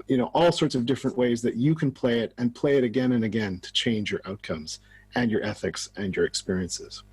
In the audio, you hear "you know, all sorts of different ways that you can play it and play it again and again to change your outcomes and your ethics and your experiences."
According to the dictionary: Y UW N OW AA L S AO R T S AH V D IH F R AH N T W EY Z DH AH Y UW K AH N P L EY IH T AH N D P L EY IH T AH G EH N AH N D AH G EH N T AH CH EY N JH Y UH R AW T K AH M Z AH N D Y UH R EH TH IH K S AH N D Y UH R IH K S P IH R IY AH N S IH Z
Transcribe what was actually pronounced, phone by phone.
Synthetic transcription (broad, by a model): Y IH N OW AA L S AO R T S AH V D IH F R AH N T W EY Z DH AH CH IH K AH N P L EY IH T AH N P L EY IH T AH G EH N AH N AH G EH N T AH CH EY N JH Y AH R AW T K AH M Z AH N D Y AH R EH TH IH K S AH N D Y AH R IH K S P IH R IY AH N S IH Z